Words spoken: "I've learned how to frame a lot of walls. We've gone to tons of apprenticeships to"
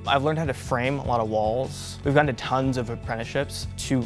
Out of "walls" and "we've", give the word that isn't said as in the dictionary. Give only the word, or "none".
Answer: none